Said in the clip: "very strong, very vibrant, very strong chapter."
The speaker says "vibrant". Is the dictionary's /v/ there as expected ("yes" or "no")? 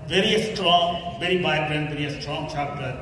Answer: no